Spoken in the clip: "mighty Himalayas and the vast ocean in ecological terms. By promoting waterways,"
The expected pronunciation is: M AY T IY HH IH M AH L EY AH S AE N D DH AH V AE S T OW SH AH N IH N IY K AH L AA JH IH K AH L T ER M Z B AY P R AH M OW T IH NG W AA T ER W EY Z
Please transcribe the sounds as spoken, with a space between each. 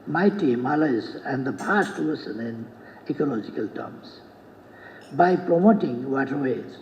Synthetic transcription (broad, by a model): M AY T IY M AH L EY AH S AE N D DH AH P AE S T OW S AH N IH N IY K AH L AA JH IH K AH L T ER M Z B AY P R AH M OW T IH NG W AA T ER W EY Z